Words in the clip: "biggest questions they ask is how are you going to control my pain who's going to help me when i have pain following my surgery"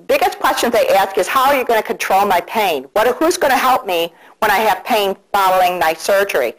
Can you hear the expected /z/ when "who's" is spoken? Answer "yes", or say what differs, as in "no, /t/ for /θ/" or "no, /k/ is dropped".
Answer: yes